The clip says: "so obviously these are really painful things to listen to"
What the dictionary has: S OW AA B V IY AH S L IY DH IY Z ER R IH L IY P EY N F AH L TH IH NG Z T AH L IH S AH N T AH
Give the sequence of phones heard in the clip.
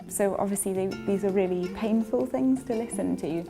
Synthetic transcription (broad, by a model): S OW AA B V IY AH S L IY DH IY Z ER R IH L IY P EY N F AH L TH IH NG Z T AH L IH S AH N T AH